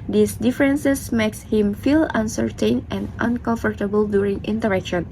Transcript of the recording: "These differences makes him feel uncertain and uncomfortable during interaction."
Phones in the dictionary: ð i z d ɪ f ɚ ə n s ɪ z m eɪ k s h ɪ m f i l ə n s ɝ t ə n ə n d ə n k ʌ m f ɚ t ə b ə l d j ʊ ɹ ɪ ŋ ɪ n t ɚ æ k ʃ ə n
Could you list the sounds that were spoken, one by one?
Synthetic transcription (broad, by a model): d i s d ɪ f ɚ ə n s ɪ s m eɪ k s h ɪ m f i l ə n s ɝ t ə n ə n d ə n k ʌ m f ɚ t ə b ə l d j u ɹ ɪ ŋ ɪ n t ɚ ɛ k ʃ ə n